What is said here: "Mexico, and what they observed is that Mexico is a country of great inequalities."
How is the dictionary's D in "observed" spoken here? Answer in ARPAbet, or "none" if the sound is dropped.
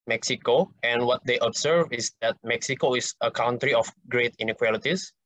none